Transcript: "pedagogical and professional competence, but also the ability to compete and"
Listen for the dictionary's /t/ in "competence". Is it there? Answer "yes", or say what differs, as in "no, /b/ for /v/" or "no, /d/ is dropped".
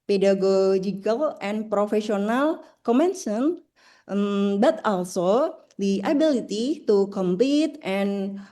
no, /s/ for /t/